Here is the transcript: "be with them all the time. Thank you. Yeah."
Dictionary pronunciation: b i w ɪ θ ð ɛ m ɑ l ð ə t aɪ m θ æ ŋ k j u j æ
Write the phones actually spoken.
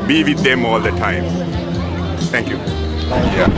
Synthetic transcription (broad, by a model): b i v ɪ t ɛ m ɑ l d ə t aɪ m t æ ŋ k j u j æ